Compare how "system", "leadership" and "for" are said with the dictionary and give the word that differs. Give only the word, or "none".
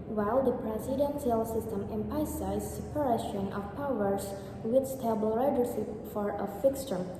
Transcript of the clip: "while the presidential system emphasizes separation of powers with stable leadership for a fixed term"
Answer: leadership